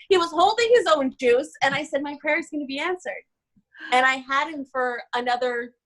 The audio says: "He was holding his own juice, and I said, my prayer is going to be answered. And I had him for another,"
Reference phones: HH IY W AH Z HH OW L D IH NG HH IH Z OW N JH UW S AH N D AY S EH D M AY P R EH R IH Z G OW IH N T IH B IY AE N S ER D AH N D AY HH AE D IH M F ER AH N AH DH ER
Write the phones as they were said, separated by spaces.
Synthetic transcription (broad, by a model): HH IY W AH Z HH OW L D IH NG HH IH Z OW N JH UW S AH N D AY S EH D M AY P R EH R IH Z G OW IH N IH B IY AE N S ER D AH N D AY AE D IH M F ER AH N AH DH ER